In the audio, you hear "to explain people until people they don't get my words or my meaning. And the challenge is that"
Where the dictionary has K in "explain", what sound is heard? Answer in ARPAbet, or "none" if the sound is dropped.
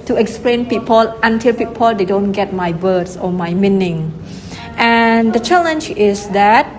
K